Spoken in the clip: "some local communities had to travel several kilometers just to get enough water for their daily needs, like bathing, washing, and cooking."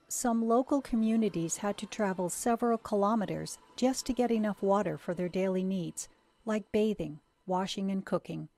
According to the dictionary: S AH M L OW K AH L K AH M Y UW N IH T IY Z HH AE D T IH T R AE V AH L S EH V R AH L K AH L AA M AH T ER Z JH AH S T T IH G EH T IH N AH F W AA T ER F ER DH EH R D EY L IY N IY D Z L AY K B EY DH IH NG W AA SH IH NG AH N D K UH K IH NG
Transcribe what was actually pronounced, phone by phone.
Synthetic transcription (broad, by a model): S AH M L OW K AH L K AH M Y UW N IH T IY Z HH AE D T IH T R AE V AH L S EH V R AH L K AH L AA M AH T ER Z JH AH S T T IH G EH T IH N AH F W AA T ER F ER DH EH R D EY L IY N IY D Z L AY K B EY DH IH NG W AA SH IH NG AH N K UH K IH NG